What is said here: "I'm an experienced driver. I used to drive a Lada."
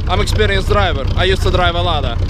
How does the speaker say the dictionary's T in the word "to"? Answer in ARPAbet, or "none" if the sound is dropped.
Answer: T